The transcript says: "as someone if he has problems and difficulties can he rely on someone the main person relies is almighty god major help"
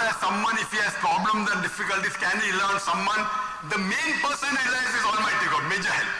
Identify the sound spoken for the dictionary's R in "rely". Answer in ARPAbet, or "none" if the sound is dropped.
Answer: L